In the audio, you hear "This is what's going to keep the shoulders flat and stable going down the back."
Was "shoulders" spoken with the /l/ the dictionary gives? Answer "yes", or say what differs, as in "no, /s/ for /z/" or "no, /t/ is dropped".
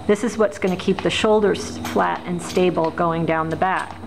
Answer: yes